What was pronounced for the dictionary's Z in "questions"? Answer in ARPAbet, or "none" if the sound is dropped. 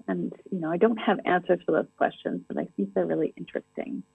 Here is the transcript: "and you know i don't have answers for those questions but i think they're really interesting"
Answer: Z